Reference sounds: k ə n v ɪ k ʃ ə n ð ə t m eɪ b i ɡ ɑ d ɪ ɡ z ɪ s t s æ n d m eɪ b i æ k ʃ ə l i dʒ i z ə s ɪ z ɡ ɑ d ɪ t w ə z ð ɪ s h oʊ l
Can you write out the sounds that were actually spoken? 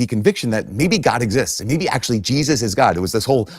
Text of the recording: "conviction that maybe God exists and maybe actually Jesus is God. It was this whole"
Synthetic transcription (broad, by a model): k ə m v ɪ k ʃ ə n ð ə t m eɪ b i ɡ ɑ d ɪ ɡ z ɪ s t s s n m eɪ b i æ k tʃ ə l i dʒ i z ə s ɪ z ɡ ɑ d ɪ t w ə z ð ɪ s h oʊ l